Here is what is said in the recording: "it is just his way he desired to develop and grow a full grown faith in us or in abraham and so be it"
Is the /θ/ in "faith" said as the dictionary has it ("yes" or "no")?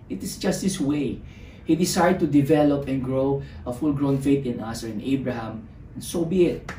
no